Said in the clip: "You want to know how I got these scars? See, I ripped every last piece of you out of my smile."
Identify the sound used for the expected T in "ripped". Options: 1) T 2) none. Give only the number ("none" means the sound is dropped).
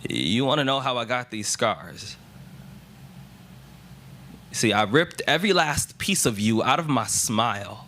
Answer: 1